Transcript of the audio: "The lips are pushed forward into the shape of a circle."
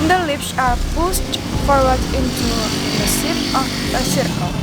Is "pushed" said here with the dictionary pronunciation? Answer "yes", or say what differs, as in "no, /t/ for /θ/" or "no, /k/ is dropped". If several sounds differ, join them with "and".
no, /s/ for /ʃ/